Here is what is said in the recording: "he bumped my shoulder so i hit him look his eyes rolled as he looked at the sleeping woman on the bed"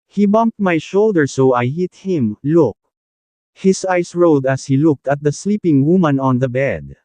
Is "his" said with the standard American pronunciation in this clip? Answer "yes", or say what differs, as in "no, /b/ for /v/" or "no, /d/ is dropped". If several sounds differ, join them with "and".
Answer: no, /s/ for /z/